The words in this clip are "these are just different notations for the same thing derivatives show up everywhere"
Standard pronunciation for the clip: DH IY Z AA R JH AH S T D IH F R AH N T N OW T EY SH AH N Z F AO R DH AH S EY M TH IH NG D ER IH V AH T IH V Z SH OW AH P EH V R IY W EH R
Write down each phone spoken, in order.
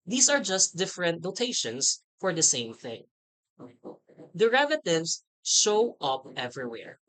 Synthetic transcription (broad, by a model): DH IY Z AA R JH AH S T D IH F R AH N T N OW T EY SH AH N S F AO R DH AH S EY M TH IH NG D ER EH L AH T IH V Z SH OW AH P EH V R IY W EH R